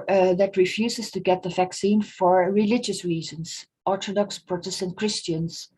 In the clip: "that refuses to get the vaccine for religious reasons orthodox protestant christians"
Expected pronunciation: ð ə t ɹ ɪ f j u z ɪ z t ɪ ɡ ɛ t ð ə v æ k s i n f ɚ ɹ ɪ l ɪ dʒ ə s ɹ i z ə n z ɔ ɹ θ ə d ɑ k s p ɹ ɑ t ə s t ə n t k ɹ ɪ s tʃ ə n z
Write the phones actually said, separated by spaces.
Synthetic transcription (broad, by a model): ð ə t ɹ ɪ f j u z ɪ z t ɪ ɡ ɛ t ð ə v æ k s i n f ɚ ɹ ɪ l ɪ dʒ ə s ɹ i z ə n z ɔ ɹ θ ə d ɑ k s p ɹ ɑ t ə s t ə n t k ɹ ɪ s tʃ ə n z